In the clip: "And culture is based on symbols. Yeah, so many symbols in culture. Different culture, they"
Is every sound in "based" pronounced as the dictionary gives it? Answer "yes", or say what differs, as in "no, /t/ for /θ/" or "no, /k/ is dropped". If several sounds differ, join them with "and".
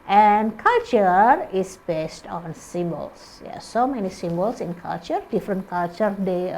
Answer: yes